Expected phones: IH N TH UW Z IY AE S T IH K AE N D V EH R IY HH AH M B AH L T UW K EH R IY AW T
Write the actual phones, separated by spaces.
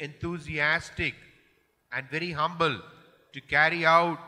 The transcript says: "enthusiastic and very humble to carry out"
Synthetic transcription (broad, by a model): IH N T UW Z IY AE S T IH K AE N D V EH R IY HH AH M B AH L T UW K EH R IY AW T